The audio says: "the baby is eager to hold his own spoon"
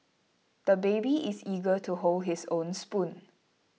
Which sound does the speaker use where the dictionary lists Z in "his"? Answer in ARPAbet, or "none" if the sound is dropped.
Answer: S